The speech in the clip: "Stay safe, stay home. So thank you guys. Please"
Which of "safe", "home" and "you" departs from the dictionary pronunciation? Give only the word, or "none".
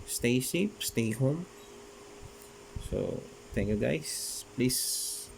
safe